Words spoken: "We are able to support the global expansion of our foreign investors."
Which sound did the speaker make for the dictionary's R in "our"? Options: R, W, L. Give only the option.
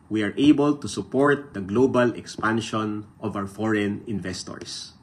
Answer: W